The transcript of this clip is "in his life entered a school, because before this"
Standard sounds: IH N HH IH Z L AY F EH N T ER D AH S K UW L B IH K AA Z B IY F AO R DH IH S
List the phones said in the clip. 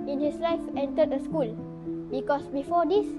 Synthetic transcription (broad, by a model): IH N HH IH S L AY F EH N T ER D AH S K UW L B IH K AA S B IY F AO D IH S